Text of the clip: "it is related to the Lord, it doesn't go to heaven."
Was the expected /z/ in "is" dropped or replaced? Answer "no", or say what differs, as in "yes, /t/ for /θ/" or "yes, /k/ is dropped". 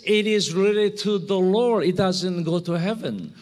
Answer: no